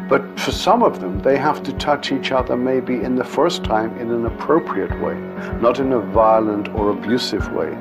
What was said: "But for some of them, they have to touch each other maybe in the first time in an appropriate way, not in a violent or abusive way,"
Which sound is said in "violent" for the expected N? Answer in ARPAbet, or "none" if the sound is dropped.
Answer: N